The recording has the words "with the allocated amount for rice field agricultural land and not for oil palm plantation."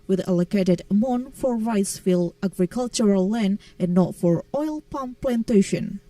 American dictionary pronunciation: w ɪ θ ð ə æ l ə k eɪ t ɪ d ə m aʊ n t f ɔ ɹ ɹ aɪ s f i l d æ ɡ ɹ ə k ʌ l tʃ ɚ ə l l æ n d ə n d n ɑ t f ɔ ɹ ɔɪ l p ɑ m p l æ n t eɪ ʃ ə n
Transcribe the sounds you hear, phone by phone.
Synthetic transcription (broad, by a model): w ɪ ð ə l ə k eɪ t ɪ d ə m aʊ n f ɔ ɹ ɹ aɪ s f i l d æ ɡ ɹ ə k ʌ l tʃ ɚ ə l l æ n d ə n n ɑ t f ɔ ɹ ɔɪ l p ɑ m p l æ n t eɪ ʃ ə n